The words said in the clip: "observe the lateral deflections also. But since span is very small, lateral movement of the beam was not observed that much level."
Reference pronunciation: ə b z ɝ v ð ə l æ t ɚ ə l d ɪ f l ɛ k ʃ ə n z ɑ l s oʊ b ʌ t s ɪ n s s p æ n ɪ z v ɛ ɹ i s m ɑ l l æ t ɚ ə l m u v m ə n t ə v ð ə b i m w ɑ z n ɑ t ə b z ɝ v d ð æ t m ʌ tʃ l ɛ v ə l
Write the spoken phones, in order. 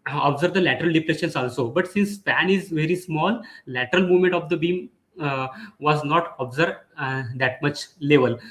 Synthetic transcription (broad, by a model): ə b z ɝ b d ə l æ t ɚ ə l d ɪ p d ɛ ʃ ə n s ɑ l s oʊ b ʌ t s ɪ n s s p æ n ɪ z v ɛ ɹ i s m ɑ l l æ t ɚ ə l m u v m ə n t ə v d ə b i m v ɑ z n ɑ t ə b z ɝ d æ t m ʌ tʃ l ɛ v ə l